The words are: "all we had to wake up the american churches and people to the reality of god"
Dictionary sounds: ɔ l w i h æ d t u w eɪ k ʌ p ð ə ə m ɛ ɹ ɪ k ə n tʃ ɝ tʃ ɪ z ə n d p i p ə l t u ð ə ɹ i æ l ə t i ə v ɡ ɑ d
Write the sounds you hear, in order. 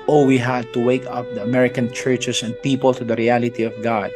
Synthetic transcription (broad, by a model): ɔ w i h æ d t u w eɪ k ʌ p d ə ə m ɛ ɹ ɪ k ə n tʃ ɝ tʃ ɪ s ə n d p i p ə l t u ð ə ɹ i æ l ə t i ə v ɡ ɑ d